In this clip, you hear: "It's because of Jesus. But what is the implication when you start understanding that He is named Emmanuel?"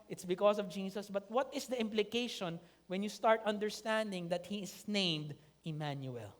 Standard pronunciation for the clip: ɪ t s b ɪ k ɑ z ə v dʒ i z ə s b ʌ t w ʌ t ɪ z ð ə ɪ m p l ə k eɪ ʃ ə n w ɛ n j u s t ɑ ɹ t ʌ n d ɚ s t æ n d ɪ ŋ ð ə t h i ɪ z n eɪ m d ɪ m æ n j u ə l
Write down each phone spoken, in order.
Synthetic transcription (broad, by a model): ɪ t s b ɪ k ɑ s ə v dʒ i s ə s b ʌ t w ʌ t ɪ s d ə ɪ m p l ə k eɪ ʃ ə n w ɛ n j u s t ɑ ɹ t ʌ n d ɚ s t æ n d ɪ ŋ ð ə t h i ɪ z n eɪ m d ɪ m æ n j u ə l